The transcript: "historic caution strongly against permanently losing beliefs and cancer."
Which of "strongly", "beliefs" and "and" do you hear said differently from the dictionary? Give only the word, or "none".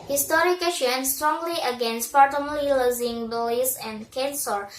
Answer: beliefs